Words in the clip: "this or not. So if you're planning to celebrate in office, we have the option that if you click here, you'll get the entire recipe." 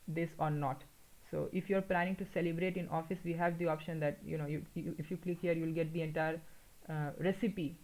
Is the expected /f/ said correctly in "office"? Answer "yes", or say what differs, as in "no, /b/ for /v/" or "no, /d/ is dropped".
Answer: yes